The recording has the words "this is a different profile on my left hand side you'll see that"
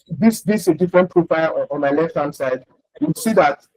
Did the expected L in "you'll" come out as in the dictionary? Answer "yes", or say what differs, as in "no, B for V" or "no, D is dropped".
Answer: no, W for L